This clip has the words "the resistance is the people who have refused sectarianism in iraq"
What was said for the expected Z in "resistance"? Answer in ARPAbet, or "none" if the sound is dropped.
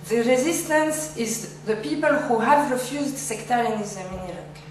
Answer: Z